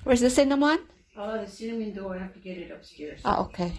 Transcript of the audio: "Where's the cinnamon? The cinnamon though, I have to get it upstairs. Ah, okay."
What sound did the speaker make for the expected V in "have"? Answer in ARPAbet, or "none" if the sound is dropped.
F